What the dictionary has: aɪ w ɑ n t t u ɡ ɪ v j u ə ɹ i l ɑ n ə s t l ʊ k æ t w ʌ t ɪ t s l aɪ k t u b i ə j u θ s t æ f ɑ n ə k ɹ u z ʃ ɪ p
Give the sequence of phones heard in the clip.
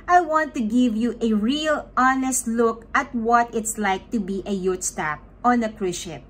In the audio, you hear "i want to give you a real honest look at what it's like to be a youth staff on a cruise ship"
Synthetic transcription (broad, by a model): aɪ w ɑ n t t u ɡ ɪ v j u ə ɹ i l ɑ n ə s t l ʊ k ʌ t w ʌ t ɪ t s l aɪ k t u b i ə j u t s t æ p ɑ n ə k ɹ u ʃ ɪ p